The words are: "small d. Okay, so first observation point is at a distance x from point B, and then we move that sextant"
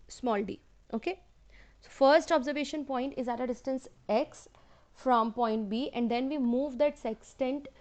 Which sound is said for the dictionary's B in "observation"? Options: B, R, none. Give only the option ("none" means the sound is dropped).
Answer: B